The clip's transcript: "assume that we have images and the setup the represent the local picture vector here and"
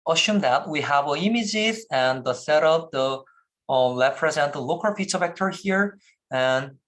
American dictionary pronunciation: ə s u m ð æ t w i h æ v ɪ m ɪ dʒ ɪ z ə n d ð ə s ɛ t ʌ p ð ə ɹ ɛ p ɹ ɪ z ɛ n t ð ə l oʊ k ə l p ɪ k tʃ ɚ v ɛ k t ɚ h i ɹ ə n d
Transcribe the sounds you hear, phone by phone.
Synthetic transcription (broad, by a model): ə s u m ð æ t w i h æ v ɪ m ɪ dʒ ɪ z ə n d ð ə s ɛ t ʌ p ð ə l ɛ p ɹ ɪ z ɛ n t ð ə l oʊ k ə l f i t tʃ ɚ v ɛ k t ɚ h i ɹ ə n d